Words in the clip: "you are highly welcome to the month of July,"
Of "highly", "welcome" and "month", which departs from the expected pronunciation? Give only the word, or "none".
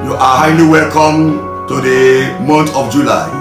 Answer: month